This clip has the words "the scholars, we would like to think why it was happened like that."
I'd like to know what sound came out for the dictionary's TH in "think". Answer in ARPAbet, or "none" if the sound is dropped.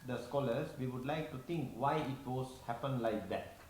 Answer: T